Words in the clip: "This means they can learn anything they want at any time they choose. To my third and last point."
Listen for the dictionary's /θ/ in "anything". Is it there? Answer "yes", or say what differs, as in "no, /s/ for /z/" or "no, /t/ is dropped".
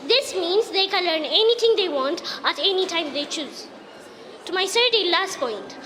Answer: no, /t/ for /θ/